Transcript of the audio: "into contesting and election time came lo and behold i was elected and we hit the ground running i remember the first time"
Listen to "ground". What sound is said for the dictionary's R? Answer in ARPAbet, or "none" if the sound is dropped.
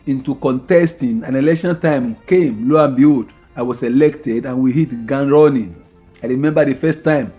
none